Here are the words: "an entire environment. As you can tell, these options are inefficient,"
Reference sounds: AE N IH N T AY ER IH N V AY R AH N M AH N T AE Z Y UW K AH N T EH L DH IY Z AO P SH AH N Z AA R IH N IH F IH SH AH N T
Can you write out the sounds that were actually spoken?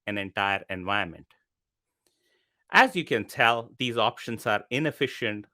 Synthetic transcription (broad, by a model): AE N IH N T AY ER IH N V AY AH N M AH N T AE Z Y UW K AH N T EH L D IY Z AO P SH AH N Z AA R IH N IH F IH SH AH N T